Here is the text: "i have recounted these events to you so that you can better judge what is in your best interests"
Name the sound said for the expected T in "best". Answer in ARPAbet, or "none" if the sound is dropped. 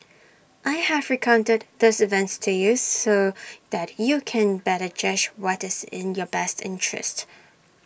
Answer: T